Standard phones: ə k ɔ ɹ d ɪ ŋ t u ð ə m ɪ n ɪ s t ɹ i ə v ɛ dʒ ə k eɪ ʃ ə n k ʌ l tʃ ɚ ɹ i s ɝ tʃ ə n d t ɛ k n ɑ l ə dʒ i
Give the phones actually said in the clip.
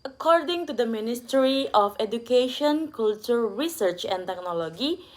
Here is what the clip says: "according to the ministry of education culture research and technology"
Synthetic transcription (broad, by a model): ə k ɔ ɹ d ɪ ŋ t u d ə m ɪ n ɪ s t ɹ i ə f ɛ dʒ ə k eɪ ʃ ə n k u l tʃ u ɹ i s ɝ tʃ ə n t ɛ k n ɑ l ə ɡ i